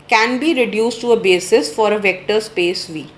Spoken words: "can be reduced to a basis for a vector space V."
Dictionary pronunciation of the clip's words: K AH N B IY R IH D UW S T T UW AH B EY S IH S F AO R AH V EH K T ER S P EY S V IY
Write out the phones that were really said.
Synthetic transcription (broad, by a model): K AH N B IY R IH D UW S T T UW AH B EY S IH S F AO R AH V EH K T ER S P EY S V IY